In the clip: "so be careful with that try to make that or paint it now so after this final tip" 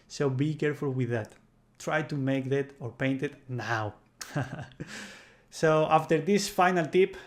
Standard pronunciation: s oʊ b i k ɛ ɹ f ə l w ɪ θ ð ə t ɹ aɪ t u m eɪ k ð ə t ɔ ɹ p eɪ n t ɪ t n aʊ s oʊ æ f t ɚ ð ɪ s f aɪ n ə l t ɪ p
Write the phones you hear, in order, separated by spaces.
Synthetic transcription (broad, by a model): s oʊ b i k ɛ ɹ f ə l w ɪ ð ə t ɹ aɪ t u m eɪ k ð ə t ɔ ɹ p eɪ n t ɪ t n aʊ s oʊ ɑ f t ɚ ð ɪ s f aɪ n ə l t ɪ p